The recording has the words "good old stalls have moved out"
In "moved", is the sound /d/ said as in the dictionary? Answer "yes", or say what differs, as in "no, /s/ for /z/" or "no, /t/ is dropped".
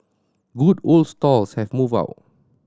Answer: no, /d/ is dropped